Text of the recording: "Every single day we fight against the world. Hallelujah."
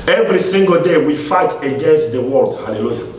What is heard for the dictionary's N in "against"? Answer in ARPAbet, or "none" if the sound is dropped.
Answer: N